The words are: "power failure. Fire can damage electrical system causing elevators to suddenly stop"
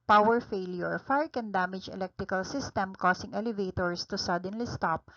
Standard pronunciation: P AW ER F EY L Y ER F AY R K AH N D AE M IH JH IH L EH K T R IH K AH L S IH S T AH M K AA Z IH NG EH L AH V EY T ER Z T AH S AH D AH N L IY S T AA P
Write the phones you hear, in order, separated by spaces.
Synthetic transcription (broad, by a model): P AW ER F EY L Y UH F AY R K AH N D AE M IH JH IH L EH K T R IH K AH L S IH S T AH M K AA S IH NG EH L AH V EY T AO S T AH S AH D AH N L IY S T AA P